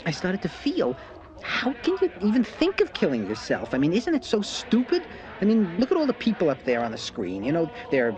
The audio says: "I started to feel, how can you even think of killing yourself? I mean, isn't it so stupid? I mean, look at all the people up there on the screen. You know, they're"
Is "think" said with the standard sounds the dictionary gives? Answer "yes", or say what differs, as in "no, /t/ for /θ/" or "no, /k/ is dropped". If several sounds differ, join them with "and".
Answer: yes